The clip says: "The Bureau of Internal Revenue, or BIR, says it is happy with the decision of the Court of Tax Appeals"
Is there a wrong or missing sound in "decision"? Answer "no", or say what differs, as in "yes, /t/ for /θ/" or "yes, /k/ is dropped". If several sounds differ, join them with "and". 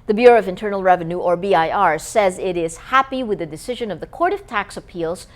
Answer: no